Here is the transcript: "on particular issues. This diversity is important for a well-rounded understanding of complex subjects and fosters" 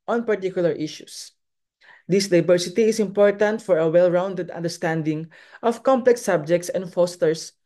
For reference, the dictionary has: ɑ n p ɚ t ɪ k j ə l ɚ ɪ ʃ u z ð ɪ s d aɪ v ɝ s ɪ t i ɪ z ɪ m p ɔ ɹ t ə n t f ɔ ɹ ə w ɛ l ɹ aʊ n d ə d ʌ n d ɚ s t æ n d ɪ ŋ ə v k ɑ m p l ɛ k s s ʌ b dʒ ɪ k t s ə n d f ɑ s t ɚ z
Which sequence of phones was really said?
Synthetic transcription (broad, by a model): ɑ n p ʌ t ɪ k j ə l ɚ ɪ ʃ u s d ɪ s d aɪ b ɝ s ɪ t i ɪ s ɪ m p ɔ ɹ t ə n t f ɔ ɹ ə w ɛ l ɹ aʊ n d ə d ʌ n d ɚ s t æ n d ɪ ŋ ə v k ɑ m p l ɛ k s s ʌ b dʒ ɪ k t s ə n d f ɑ s t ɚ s